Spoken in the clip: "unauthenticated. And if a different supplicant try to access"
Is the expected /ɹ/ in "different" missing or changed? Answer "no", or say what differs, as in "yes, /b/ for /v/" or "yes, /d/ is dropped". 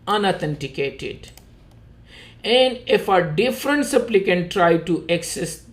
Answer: no